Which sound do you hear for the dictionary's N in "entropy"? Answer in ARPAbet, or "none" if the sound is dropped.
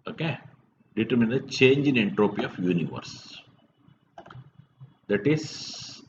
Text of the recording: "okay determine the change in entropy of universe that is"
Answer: N